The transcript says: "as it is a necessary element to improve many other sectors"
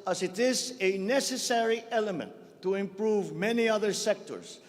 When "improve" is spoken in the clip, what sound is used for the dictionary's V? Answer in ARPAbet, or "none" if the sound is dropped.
V